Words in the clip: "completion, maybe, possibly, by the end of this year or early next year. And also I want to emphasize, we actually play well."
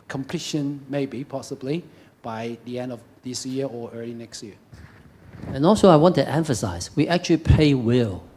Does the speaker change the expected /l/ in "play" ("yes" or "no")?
yes